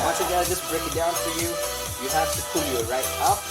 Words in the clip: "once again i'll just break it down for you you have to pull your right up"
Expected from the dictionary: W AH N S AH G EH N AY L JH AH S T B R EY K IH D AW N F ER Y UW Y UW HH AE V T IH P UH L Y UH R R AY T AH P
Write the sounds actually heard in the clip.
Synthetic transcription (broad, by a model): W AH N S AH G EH AY JH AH S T B R EY K IH D AW N F ER Y UW Y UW HH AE F T IH P UH L Y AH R R AY T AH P